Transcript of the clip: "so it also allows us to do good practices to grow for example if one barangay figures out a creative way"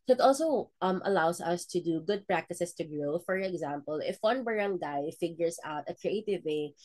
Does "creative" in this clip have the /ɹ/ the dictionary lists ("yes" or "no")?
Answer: yes